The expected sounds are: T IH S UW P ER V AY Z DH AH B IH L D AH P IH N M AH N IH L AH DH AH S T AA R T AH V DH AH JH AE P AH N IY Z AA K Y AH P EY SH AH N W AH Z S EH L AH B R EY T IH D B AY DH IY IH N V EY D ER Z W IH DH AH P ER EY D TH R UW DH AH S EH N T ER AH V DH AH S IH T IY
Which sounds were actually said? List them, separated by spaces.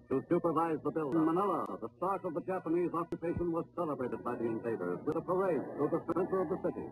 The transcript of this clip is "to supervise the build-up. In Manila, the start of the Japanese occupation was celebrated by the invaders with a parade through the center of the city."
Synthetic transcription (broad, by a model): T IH S UW P ER V AY Z DH AH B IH L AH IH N M AH N IH L AH DH AH S T AA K AH V DH AH JH AE P AH N IY Z AA K Y AH P EY SH AH N W AH Z S EH L AH B R EY T IH D B AY DH IY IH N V EY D ER Z W IH DH AH P ER EY D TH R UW DH AH S EH N T ER AH V DH AH S IH T IY